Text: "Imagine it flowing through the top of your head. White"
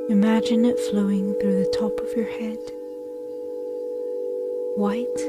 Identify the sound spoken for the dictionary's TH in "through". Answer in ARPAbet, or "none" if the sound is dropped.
TH